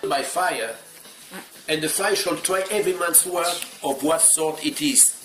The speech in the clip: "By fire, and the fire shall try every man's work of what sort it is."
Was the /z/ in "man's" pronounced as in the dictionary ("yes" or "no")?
no